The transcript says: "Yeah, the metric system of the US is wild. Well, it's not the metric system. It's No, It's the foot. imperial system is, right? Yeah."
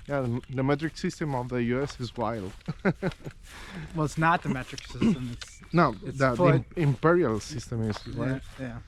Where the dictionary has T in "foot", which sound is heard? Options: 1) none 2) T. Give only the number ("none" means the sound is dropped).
1